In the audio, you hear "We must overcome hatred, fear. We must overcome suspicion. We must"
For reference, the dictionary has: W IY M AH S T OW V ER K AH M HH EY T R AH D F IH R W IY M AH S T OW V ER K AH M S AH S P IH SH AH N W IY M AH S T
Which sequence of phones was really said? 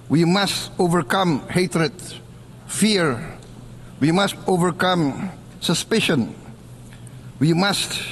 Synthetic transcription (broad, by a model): W IY M AH S T OW V ER K AH M HH EY T R AH D F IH R W IY M AH S T OW V ER K AH M S AH S P IH SH AH N W IY M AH S T